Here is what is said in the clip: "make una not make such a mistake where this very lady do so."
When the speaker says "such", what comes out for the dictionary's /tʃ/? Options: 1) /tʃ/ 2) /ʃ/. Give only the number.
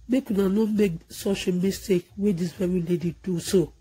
2